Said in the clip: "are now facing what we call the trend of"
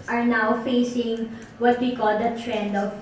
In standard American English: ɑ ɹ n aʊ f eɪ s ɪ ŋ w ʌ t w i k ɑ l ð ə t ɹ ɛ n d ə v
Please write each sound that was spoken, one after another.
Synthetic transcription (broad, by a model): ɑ ɹ n aʊ f eɪ s ɪ ŋ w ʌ t w i k ɑ l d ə t ɹ ɛ n d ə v